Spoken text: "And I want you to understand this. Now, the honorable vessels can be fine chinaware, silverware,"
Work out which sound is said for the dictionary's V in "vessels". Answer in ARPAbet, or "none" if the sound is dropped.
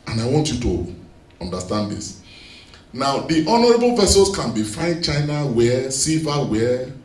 P